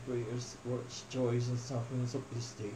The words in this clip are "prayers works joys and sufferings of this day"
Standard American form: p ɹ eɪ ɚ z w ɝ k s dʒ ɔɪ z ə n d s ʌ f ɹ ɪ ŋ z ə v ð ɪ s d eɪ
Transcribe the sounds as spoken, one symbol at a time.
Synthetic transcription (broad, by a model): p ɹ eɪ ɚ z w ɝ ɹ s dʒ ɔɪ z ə n s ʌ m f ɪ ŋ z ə p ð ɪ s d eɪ